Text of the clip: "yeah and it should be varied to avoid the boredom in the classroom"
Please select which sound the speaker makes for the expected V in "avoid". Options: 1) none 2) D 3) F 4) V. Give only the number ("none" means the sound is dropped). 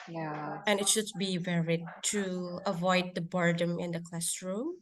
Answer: 4